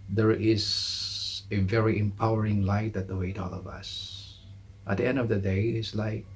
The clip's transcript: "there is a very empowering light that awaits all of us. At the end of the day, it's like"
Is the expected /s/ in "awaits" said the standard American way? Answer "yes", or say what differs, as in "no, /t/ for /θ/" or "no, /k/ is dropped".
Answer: no, /s/ is dropped